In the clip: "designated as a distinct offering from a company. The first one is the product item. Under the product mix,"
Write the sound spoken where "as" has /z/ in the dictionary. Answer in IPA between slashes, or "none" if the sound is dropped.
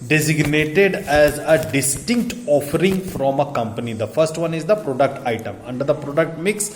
/z/